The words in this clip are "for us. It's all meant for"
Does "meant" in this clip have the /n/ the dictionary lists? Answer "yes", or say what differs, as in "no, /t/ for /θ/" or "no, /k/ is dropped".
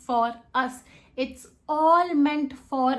yes